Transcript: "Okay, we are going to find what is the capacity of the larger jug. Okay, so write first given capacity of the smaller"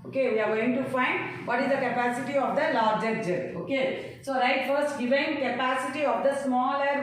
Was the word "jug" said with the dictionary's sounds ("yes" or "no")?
no